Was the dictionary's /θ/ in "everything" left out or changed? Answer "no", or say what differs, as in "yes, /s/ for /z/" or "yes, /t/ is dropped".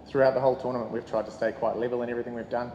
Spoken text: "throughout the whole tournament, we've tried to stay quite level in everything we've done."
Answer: no